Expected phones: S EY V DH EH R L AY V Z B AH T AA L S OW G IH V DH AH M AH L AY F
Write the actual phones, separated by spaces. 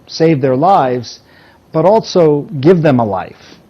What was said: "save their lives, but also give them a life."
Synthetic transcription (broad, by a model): S EY V DH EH R L AY V Z B AH T AA L S OW G IH V DH AH M AH L AY F